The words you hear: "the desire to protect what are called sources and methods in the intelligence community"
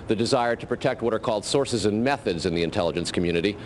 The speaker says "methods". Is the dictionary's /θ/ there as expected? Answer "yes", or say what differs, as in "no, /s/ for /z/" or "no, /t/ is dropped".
yes